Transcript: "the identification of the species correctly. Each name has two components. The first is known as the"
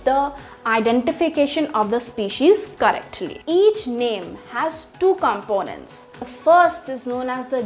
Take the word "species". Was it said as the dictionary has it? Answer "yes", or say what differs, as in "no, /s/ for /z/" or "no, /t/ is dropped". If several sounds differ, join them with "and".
yes